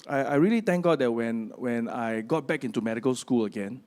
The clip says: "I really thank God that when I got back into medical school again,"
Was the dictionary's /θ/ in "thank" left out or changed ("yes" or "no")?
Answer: yes